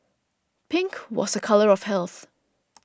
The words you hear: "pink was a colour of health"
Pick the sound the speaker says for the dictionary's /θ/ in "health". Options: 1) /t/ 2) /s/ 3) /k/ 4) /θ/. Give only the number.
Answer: 4